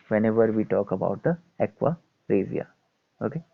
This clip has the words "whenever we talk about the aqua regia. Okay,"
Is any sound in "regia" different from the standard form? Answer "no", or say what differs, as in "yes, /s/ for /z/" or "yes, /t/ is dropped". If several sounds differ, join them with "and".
yes, /z/ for /dʒ/